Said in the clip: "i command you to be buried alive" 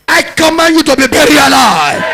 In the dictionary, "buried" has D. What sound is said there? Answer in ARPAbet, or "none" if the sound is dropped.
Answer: none